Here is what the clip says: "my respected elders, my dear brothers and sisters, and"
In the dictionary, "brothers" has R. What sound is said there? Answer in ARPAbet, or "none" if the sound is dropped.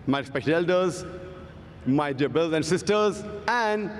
none